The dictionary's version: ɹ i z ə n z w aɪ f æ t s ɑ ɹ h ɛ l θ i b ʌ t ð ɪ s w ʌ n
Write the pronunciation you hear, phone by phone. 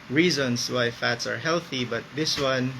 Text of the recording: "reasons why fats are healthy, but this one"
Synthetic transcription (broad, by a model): ɹ i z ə n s w aɪ f æ t s ɑ ɹ h ɛ l θ i b ʌ t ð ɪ s w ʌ n